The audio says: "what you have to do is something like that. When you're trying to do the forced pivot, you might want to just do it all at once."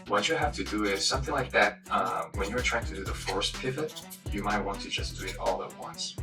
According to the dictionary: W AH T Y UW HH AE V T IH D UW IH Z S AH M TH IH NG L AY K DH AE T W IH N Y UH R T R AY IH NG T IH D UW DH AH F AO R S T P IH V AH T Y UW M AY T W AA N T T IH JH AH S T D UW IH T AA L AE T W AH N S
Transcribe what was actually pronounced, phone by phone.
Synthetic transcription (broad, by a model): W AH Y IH HH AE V T IH D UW IH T S AH M TH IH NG L AY K DH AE T W IH N Y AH R T R AY IH NG T IH D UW DH AH F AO R S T P IH V AH T Y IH M AY T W AA N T T IH JH AH S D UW IH T AA L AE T W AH N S